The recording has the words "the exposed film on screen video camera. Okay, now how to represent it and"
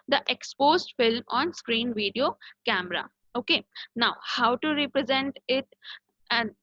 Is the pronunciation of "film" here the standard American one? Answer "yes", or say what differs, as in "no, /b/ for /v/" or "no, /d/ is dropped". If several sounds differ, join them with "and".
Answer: yes